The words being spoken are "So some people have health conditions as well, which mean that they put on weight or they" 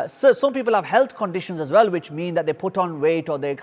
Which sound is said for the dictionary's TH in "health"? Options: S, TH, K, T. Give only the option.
T